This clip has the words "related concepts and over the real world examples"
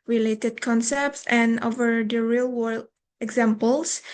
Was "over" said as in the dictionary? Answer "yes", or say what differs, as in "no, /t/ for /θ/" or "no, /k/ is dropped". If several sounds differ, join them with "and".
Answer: yes